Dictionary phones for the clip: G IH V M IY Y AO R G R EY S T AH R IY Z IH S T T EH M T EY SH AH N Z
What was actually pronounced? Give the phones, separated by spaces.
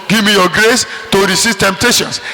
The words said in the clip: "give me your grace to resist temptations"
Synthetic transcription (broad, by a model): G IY V M IY Y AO G R EY S T AH R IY S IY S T T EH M T EY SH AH N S